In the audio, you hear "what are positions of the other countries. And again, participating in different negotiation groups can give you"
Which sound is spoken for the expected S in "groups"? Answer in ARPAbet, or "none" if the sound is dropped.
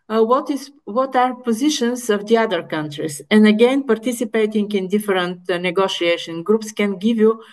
S